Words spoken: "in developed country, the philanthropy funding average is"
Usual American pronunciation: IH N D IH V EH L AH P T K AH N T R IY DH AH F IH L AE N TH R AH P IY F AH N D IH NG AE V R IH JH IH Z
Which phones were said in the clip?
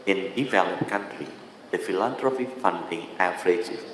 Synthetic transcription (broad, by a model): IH N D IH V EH L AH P K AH N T R IY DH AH F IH L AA N T R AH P IY F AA N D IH NG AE F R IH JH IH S